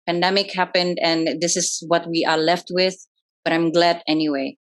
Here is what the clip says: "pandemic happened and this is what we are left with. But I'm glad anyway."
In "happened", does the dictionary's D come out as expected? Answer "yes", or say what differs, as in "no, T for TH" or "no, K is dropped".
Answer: yes